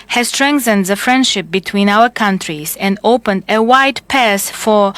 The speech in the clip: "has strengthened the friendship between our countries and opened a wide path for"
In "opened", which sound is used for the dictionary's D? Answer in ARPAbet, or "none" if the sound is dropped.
D